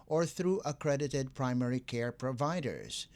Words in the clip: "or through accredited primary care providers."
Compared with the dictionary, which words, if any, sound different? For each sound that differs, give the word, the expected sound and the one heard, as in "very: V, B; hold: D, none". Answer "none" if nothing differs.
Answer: none